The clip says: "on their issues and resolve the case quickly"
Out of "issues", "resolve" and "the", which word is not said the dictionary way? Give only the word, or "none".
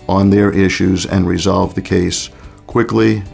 none